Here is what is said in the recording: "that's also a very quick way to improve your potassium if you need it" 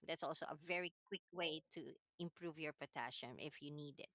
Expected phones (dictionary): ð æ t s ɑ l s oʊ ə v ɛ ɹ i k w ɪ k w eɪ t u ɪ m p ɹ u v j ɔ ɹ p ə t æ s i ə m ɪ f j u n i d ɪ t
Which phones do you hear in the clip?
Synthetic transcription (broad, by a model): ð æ t s ɑ l s oʊ ə v ɛ ɹ i k w ɪ k w eɪ t u ɪ m p ɹ u v j ɔ ɹ p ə t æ ʃ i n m ɪ f j u n i d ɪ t